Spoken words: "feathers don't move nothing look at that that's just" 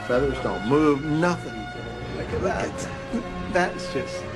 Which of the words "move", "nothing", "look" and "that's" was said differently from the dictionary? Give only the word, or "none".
look